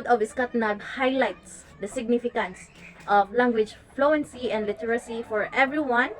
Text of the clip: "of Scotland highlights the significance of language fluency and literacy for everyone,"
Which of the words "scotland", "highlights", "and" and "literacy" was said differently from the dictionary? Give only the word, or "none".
scotland